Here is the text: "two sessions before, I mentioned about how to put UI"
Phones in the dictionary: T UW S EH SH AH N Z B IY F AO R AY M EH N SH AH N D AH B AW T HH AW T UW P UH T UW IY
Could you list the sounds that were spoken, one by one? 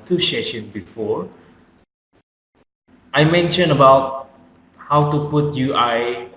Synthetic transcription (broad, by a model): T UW SH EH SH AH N B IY F AO AY M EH N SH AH N AH B AW T HH AW T UW P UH T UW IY